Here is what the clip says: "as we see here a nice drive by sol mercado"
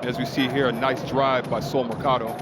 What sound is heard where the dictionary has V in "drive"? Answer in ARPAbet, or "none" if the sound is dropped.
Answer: V